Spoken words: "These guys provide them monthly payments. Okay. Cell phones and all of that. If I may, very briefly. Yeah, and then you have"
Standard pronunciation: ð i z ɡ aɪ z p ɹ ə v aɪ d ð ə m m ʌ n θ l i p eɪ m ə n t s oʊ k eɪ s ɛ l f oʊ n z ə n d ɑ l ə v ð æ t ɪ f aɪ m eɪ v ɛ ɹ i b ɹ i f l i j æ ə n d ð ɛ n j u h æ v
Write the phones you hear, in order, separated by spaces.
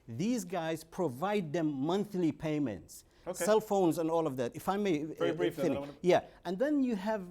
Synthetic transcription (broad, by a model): ð i z ɡ aɪ z p ɹ ə v aɪ d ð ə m m ʌ n θ l i p eɪ m ə n t s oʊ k s ɛ l f oʊ n z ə n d ɑ l ə v ð æ t ɪ f aɪ m eɪ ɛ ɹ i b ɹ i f i j æ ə n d ð ɛ n j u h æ v